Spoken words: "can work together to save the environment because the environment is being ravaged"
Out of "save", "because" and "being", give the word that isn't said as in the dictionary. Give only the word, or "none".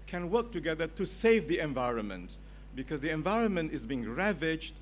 none